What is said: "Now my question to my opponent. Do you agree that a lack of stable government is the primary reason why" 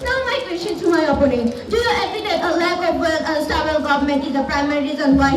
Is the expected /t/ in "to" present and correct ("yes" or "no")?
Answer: no